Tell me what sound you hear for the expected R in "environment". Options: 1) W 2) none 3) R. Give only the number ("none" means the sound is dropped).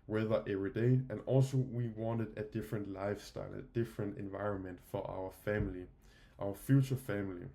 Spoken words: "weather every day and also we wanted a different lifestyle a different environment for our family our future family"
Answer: 3